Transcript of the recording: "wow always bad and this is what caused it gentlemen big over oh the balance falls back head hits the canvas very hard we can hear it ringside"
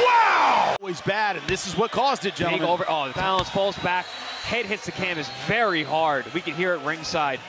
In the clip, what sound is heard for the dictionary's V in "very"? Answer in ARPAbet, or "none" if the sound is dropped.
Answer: V